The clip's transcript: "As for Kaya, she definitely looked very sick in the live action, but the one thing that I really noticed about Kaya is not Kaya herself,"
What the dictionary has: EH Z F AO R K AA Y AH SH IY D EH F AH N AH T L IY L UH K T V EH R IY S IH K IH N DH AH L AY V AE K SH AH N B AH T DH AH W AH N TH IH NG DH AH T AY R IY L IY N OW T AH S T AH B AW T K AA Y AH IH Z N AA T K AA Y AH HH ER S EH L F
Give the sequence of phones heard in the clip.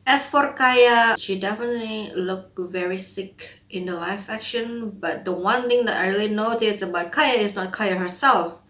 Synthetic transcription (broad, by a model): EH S F AO R K AA Y AH SH IY D EH F AH N AH T L IY L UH K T V EH R IY S IH K IH N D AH L AY F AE K SH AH N B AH T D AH W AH N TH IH NG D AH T AY R IY L IY N OW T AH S AH B AW T K AA Y AH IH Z N AA T K AA Y AH HH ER S EH L F